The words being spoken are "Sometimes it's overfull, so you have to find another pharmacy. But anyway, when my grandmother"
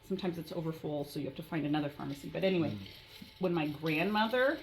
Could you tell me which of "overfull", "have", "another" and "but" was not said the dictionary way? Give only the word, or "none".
have